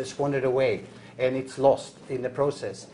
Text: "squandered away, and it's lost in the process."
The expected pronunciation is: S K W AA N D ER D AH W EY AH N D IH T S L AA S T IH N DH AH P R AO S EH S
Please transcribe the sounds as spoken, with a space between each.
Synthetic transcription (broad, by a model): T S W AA N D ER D AH W EY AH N IH T S L AA S T IH N DH AH P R AO S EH S